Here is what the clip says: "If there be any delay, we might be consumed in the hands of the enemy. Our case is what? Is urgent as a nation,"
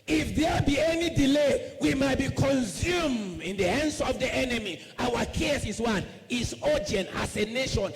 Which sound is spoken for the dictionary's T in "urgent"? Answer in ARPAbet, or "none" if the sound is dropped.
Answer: none